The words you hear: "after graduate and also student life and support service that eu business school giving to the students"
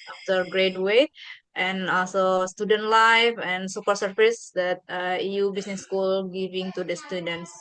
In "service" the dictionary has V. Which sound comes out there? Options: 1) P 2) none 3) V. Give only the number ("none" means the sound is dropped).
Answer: 1